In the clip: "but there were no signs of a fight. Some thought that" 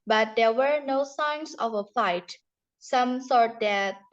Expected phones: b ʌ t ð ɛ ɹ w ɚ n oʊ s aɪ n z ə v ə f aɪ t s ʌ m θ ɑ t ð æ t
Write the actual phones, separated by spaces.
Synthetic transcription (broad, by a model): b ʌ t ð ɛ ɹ w ɚ n oʊ s aɪ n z ə v ə f aɪ t s ʌ m s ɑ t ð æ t